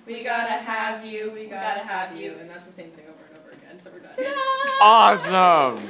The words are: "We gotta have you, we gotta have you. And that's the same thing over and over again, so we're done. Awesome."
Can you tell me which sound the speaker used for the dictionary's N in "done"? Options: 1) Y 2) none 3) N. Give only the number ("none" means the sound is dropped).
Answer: 2